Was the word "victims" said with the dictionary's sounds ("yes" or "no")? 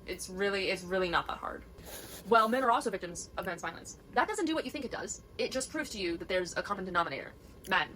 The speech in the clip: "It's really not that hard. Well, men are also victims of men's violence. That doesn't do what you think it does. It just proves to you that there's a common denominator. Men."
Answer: yes